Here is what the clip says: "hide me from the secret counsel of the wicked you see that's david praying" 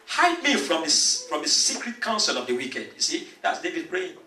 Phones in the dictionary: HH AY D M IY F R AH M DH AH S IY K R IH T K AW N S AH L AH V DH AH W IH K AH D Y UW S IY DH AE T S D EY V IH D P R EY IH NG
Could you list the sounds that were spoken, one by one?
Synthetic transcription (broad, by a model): HH AY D M IY F R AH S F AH S IY K R IH T K AW N S AH L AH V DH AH W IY K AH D Y UW S IY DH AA T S D EY V IH D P R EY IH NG